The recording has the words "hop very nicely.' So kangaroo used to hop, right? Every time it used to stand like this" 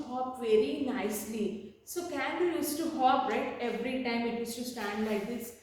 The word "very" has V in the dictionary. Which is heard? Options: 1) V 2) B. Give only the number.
1